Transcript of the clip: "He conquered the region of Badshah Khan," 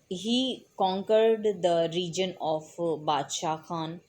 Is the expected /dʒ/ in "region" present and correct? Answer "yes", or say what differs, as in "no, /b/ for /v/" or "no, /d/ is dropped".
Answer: yes